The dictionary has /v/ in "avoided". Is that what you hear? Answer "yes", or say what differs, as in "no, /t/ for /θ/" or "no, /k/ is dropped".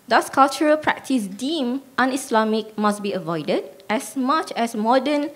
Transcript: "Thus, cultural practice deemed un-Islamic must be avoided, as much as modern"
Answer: yes